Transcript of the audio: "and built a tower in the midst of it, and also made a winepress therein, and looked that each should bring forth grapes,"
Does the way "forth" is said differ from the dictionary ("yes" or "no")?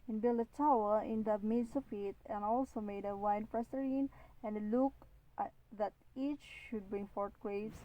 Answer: yes